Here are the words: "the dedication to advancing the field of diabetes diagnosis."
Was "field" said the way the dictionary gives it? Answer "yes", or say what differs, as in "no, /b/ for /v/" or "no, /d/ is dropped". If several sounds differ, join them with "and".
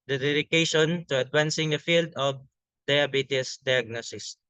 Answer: yes